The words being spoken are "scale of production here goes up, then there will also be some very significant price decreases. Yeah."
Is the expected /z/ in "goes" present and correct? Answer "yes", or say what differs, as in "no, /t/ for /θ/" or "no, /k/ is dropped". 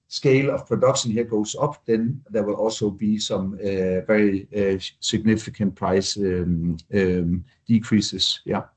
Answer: no, /s/ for /z/